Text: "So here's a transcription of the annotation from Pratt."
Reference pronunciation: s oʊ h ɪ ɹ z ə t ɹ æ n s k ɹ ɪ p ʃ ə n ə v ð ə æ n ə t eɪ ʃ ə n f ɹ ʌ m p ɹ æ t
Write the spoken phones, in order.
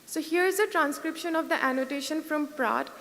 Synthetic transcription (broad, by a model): s oʊ h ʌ ɹ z ə t ɹ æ n s k ɹ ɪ p ʃ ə n ə v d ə æ n ə t eɪ ʃ ə n f ɹ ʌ m p ɹ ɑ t